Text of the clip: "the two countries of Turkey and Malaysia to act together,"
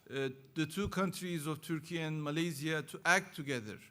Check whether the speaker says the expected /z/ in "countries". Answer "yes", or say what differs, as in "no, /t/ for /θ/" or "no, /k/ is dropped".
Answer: yes